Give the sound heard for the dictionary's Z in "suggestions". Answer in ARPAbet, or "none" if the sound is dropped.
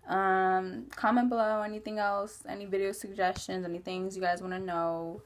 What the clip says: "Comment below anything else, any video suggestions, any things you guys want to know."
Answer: Z